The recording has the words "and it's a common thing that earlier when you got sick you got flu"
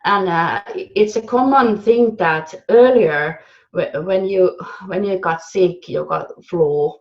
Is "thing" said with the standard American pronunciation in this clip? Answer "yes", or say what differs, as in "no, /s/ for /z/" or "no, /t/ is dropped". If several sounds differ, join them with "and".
yes